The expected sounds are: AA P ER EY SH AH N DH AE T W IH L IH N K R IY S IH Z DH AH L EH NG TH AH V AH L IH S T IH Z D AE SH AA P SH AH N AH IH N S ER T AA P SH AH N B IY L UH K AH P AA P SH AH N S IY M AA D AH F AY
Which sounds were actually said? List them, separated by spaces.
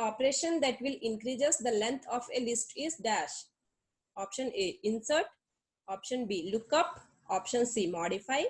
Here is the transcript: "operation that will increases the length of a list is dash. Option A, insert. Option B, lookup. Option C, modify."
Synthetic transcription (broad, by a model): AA P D EY SH AH N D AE T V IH L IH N K R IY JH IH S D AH L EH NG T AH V AH L IH S T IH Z D AE SH AA P SH AH N AH IH N S ER T AA P SH AH N B IY L UH K AH P AA P SH AH N S IY M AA D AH F AY